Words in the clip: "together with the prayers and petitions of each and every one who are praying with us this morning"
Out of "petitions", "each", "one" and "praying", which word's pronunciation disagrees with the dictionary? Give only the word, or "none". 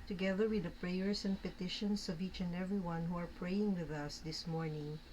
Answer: petitions